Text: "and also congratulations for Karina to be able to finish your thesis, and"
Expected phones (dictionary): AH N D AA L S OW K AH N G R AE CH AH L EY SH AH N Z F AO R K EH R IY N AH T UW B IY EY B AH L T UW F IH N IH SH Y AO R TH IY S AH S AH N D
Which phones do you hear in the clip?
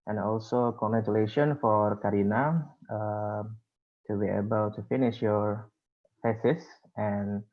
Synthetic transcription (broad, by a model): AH N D AA L S OW K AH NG G R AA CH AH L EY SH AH N F AO R K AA R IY N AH T UW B IY EY B AH L T UW F IH N IH SH Y AO R F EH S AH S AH N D